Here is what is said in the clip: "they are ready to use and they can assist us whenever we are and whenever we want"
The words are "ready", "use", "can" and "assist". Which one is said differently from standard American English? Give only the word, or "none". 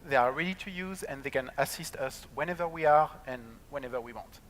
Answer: none